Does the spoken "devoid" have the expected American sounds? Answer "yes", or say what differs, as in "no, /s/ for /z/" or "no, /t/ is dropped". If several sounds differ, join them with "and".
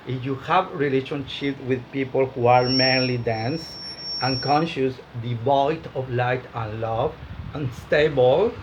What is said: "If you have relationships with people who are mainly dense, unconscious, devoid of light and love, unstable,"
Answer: no, /b/ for /v/